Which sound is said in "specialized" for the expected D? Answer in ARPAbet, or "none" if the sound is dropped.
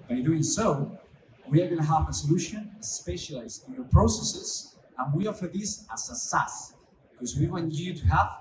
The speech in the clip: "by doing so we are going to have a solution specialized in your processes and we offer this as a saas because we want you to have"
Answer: none